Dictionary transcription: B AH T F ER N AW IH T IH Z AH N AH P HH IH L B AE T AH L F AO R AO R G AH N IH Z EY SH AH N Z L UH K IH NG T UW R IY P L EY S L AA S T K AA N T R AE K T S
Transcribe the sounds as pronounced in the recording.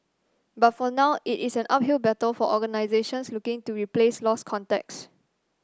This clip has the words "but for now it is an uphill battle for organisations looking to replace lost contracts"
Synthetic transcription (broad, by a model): B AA T F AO N AW IH T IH S AH N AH P HH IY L B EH T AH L F AO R AO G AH N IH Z EY SH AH N S L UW K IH NG T UW R IY P L EY S L AA S K AA N T EH K S